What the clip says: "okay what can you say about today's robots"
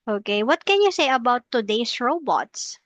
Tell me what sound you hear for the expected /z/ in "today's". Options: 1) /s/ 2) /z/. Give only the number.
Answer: 1